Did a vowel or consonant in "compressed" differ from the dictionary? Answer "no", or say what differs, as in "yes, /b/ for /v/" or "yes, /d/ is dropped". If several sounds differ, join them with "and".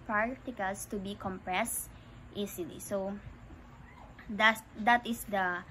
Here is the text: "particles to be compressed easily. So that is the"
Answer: no